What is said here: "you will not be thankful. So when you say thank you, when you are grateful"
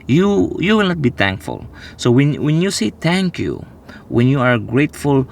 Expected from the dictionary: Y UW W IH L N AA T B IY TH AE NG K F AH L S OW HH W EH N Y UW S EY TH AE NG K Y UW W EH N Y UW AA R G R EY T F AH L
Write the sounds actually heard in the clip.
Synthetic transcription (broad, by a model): Y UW W IH L N AA T B IY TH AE NG K F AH L S OW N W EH N Y UW S EY T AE NG K Y UW W EH N Y UW AA R G R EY T F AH L